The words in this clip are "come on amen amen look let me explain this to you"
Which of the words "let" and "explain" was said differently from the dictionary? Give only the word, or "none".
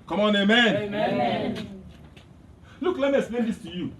explain